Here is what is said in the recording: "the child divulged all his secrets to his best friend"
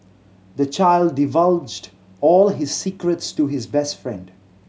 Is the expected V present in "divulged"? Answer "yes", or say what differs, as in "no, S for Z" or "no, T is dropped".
yes